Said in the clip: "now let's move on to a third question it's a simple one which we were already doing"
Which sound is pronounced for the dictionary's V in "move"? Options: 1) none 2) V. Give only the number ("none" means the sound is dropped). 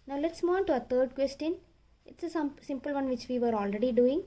1